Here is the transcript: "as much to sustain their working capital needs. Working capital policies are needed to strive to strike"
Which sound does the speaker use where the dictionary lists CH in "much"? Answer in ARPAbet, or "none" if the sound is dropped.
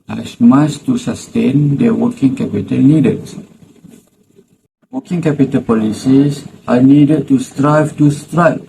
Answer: S